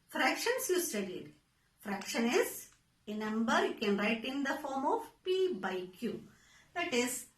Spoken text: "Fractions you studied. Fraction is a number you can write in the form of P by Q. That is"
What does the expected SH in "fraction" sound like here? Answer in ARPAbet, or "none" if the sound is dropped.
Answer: SH